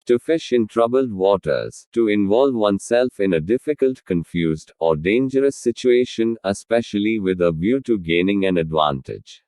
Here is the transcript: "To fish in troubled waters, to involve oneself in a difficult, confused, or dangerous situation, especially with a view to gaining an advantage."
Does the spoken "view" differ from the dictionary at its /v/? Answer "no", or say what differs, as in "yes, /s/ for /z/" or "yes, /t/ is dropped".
yes, /b/ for /v/